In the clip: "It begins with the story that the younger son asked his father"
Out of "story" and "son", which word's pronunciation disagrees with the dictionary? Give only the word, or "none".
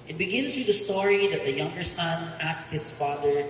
none